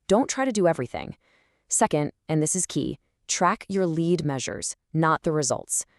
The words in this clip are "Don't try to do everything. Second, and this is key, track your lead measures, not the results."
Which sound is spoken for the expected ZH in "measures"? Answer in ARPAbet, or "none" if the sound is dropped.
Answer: ZH